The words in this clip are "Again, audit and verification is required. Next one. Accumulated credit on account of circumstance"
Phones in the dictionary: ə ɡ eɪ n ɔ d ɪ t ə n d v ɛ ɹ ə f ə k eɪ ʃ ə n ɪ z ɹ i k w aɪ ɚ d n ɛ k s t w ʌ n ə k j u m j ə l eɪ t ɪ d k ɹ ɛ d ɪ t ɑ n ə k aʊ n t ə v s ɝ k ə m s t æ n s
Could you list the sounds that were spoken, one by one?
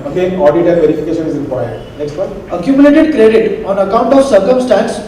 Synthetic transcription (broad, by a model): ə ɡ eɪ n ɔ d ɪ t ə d v ɛ ɹ ə f ə k eɪ ʃ ə n ɪ z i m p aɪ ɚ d n ɛ k s t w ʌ ə k j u m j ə l eɪ t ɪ d k ɹ ɛ d ɪ t ɑ n ə k aʊ n t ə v s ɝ k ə m s t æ n s